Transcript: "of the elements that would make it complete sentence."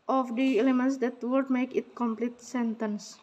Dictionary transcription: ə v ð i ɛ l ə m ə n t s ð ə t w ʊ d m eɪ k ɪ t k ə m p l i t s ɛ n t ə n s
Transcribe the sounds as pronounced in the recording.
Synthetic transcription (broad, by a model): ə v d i ɛ l ə m ə n t s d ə t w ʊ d m eɪ k ɪ t k ə m p l i t s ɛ n t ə n s